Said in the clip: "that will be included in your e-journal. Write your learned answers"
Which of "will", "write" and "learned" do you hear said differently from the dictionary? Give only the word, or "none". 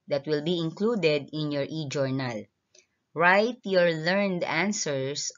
none